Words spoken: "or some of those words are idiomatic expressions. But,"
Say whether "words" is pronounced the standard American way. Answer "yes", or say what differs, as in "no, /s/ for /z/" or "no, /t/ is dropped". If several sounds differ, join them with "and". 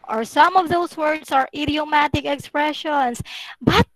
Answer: no, /s/ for /z/